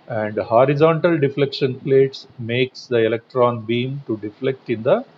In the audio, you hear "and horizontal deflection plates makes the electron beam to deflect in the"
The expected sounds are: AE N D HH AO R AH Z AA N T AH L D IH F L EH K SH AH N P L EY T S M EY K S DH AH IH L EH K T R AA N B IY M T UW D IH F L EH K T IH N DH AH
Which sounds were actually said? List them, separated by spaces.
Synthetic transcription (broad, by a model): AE N D HH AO R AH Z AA N T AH L D IH F L EH K SH AH N P L EY T S M EY K S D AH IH L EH K T R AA N B IY M T UW D IH F L EH K T IH N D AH